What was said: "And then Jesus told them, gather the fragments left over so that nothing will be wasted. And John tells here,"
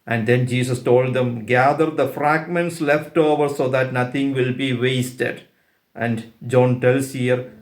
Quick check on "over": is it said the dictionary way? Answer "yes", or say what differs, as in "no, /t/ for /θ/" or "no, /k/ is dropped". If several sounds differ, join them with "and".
yes